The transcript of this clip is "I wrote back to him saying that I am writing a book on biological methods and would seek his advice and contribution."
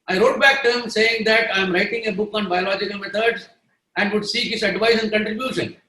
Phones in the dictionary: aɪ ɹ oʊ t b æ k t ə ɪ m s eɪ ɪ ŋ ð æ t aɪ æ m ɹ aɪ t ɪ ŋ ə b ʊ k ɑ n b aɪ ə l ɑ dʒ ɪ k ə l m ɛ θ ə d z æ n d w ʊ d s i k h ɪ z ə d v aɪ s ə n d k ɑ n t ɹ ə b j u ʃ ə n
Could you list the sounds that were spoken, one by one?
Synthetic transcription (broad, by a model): aɪ ɹ oʊ t b æ k t ə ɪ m s eɪ ɪ ŋ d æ t aɪ m ɹ aɪ t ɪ ŋ ə b ʊ k ɑ n b aɪ ə l ɑ dʒ ɪ k ə l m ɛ t ə d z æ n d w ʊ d s i k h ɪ s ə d v aɪ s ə n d k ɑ n t ɹ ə b j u ʃ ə n